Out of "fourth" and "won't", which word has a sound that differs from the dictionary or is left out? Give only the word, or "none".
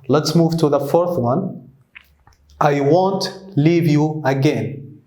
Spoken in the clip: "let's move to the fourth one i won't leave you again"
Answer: none